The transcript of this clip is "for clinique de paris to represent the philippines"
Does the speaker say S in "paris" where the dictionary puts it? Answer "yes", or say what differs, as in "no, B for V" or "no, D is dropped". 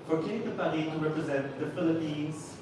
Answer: no, S is dropped